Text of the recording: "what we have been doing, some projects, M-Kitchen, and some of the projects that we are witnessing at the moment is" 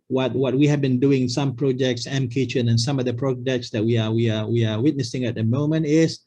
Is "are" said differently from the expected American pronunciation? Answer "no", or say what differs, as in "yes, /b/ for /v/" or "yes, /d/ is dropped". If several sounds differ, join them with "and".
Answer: yes, /w/ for /ɹ/